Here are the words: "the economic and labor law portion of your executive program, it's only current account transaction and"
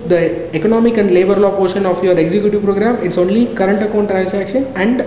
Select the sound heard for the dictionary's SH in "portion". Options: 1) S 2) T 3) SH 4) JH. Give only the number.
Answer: 3